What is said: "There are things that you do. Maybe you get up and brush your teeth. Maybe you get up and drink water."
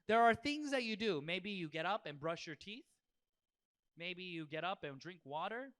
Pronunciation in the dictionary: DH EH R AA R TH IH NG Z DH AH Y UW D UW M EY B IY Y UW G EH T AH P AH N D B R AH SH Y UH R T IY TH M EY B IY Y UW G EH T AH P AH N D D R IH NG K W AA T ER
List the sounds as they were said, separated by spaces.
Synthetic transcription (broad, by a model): DH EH R AA R TH IH NG Z DH AH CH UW D UW M EY B IY Y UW G EH T AH P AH N B R AH SH Y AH R T IY TH M EY B IY Y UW G EH T AH P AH N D D R IH NG K W AA T ER